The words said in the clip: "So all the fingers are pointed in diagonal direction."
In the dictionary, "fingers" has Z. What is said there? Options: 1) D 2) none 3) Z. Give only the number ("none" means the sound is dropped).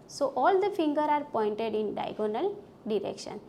2